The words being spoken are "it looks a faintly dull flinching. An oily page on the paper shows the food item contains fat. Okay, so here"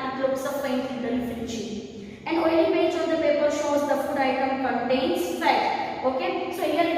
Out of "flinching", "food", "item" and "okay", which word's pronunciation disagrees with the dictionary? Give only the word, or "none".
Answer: flinching